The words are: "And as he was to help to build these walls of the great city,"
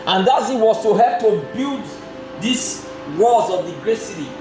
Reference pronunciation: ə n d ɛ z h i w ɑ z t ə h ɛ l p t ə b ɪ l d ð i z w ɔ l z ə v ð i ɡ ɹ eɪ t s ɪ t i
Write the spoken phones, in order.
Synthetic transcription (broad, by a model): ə n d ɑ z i w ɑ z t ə h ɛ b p t ə b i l d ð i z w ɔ z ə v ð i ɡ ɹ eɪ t s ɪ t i